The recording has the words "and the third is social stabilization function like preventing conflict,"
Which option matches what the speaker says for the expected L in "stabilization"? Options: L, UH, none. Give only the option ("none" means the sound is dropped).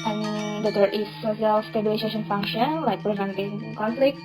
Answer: none